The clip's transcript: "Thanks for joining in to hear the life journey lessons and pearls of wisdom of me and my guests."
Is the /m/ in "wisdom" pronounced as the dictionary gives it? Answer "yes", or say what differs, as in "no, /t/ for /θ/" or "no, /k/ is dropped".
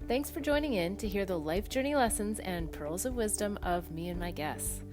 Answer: yes